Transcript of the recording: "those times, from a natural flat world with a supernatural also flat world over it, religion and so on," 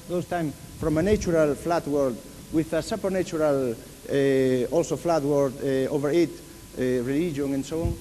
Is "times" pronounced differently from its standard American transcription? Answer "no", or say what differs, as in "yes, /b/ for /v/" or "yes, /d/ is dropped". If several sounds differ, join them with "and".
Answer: yes, /z/ is dropped